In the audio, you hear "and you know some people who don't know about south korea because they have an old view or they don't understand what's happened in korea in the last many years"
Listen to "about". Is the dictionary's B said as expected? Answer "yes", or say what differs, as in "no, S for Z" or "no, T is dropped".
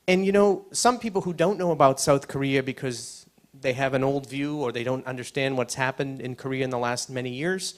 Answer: yes